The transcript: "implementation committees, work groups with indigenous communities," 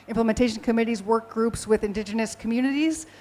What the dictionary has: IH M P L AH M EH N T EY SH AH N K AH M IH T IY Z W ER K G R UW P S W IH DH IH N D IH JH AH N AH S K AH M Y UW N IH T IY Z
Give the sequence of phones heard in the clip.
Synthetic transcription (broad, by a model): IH M P L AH M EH N T EY SH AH N K AH M IH T IY Z W ER K G R UW P S W IH DH IH N D IH JH AH N AH S K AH M Y UW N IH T IY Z